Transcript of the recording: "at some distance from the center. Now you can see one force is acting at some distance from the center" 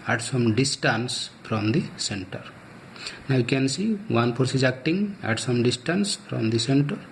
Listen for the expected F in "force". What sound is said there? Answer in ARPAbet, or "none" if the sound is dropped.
P